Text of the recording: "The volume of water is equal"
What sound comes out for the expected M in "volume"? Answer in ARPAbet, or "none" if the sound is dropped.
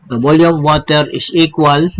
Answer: none